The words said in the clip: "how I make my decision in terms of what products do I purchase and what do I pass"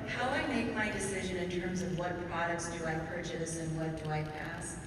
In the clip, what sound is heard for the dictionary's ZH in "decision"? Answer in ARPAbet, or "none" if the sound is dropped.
ZH